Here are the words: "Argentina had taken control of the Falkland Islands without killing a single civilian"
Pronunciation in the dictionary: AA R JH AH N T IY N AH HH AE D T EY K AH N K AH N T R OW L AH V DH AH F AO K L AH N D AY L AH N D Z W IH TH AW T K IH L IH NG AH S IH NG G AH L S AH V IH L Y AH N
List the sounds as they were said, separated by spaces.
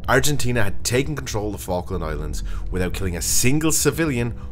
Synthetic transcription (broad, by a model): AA R JH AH N T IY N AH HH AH D T EY K AH N K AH N T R OW L AH V F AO K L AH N AY L AH N D Z W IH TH AW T K IH L IH NG AH S IH NG G AH L S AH V IH L Y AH N